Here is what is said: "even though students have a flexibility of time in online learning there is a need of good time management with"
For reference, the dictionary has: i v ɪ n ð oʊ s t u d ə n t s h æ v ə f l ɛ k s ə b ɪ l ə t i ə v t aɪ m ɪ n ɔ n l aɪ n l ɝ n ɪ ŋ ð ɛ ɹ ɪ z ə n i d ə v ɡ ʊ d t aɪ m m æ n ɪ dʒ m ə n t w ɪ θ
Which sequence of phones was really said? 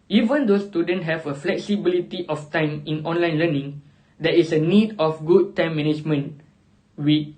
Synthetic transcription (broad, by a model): i v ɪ n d oʊ s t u d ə n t h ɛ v ə f l ɛ k s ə b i l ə t i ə f t aɪ m ɪ n ɔ n l aɪ n l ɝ n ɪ ŋ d ɛ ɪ s ə n i d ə f ɡ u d t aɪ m m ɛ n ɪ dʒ m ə n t w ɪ